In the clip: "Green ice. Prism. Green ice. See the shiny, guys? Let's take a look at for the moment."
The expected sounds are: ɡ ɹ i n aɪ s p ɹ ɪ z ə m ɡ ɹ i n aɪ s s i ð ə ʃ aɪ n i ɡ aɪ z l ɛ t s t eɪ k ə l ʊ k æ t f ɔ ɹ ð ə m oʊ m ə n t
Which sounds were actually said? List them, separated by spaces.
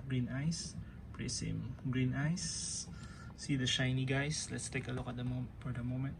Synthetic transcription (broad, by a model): ɡ ɹ i n aɪ s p ɹ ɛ s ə m ɡ ɹ i n aɪ s s i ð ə ʃ aɪ n i ɡ aɪ s l ɛ t s t eɪ k ə l ʊ k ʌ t f ɔ ɹ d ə m oʊ m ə n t